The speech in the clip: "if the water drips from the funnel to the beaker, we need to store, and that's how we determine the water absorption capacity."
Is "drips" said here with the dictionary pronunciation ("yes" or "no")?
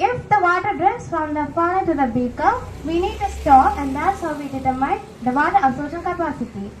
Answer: no